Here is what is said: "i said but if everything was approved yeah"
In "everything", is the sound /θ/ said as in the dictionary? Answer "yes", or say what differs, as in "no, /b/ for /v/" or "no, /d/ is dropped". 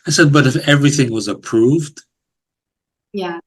yes